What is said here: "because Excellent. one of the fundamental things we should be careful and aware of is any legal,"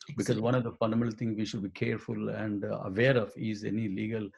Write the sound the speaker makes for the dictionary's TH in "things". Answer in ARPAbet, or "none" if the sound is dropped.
T